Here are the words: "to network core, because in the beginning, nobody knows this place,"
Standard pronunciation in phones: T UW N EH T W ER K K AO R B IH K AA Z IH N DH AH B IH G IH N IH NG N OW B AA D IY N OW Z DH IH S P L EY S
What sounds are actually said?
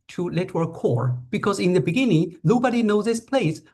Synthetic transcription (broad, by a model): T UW L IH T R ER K K AO R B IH K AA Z IH N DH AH B IH G IH N IH NG N OW B AA D IY N OW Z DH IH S P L EY S